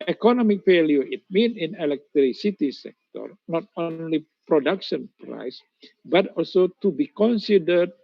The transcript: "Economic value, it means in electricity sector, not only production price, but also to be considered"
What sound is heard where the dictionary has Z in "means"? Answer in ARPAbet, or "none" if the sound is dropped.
none